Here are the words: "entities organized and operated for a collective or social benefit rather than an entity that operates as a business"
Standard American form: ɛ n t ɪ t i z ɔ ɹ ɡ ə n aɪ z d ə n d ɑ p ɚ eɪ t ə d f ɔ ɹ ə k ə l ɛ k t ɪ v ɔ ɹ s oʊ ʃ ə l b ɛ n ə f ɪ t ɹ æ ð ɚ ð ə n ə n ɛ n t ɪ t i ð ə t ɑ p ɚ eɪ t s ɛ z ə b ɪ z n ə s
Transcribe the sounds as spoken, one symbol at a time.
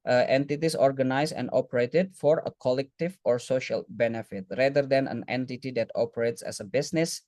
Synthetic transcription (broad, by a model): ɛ n t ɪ t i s ɔ ɹ ɡ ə n aɪ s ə n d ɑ p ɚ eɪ t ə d f ɔ ɹ ə k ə l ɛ k t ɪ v ɔ ɹ s oʊ ʃ ə l b ɛ n ə f ɪ t ɹ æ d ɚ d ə n ə n ɛ n t ɪ t i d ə t ɑ p ɚ eɪ t s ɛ s ə b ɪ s n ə s